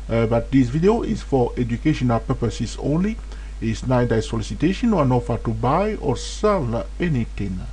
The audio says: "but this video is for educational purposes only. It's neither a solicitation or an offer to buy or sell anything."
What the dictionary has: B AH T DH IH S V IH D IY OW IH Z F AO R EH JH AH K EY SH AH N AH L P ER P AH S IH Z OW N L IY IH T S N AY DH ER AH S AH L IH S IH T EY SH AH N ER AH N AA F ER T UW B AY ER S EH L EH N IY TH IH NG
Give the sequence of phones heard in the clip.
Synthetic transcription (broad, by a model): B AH T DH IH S V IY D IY OW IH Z F AO R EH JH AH K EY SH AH N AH L P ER P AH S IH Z OW N L IY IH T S N AY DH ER AH S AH L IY S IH T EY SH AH N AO AH N AA F ER T UW B AY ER S EH L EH N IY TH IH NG